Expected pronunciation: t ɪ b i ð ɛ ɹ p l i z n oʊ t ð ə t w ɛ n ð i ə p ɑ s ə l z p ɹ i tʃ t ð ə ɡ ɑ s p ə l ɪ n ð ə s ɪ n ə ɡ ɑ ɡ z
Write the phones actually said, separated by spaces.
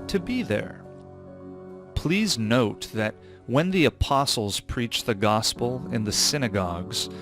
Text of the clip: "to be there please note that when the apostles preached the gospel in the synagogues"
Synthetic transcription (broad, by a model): t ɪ b i ð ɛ ɹ p l i z n oʊ t ð ə t w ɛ n ð i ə p ɑ s l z p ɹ i tʃ ð ə ɡ ɑ s p l ɪ n ð ə s ɪ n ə ɡ ɑ ɡ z